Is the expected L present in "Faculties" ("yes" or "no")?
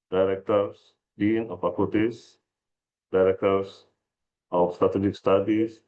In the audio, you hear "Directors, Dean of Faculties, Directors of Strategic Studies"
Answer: no